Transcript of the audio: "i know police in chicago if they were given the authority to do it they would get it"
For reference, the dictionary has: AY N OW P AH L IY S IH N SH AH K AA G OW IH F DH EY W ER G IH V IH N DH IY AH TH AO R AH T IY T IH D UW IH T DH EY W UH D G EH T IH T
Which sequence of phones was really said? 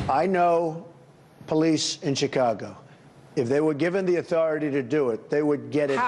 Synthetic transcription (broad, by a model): AY N OW P AH L IY S IH N SH AH K AA G OW IH F DH EY W ER G IH V IH N DH IY AH TH AO R AH T IY T IH D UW IH T DH EY W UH D G EH T IH T